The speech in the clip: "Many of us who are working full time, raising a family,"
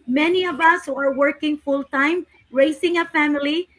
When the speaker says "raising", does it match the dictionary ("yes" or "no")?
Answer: no